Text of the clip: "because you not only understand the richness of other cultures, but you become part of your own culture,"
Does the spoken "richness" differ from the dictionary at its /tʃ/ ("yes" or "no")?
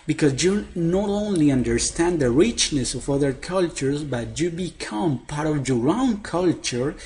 no